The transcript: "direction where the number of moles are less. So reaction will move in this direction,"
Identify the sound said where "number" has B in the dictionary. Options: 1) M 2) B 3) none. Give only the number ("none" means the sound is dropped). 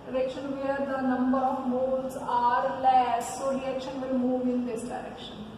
2